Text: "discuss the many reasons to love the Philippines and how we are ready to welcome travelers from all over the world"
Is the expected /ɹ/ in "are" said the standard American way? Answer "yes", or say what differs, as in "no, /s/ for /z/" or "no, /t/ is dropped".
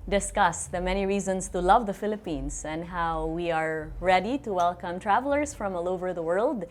yes